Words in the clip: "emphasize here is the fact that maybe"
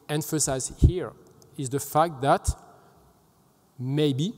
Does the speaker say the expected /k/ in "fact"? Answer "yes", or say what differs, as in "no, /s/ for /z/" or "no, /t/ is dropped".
yes